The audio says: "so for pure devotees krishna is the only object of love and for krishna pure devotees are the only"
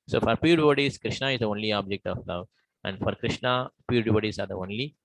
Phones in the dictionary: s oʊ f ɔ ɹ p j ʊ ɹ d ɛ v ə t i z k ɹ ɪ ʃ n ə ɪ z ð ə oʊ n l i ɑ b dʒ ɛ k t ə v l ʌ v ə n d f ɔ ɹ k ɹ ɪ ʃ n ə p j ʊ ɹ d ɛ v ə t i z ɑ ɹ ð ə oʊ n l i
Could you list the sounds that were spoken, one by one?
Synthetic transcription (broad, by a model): s oʊ f ɔ ɹ p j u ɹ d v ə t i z k ɹ ɪ ʃ n ə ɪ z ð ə oʊ n l i ɑ b dʒ ɛ k t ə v l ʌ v ə n d f ɔ ɹ k ɹ ɪ ʃ n ə p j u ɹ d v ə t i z ɑ ɹ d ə oʊ n l i